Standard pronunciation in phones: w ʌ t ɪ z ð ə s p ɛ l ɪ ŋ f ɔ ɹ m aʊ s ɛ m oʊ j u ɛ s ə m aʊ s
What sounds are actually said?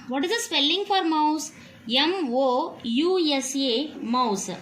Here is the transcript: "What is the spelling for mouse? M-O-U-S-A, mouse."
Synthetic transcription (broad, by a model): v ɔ t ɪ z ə s p ɛ l ɪ ŋ f ɔ ɹ m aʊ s ɛ m oʊ j u ɛ s ə m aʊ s